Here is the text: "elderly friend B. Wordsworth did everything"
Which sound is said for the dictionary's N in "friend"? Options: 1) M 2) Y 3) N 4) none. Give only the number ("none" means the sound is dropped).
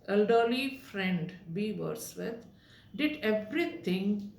3